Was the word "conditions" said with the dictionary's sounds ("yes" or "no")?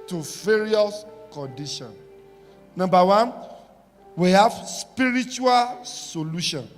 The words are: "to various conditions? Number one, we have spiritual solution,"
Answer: no